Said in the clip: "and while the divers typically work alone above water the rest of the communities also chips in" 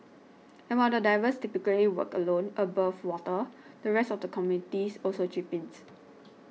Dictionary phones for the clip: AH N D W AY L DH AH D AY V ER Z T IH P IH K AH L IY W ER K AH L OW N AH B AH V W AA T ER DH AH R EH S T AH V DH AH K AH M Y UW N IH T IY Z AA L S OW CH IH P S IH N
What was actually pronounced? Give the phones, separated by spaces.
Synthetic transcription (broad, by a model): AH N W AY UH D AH D AY V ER S T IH P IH K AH L IY W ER K AH L OW N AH B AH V W AA T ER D AH R EH S T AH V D AH K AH M Y UW N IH T IY S AA L S OW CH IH P IH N